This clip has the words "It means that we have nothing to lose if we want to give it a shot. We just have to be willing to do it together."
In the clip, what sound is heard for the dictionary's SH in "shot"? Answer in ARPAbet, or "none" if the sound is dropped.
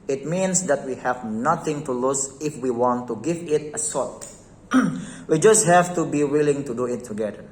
S